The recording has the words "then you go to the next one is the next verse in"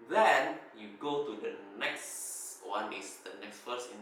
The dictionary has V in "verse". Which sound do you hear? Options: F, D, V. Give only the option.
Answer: F